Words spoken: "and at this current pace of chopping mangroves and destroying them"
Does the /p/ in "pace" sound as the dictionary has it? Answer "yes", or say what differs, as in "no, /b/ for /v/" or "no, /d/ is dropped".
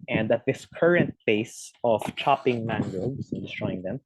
no, /b/ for /p/